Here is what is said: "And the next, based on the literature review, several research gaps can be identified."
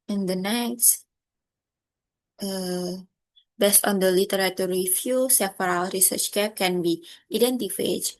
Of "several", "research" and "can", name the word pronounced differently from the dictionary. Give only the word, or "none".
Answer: several